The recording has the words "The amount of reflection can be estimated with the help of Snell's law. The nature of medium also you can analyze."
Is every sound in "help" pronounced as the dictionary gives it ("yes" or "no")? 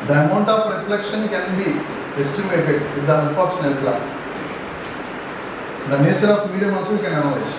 no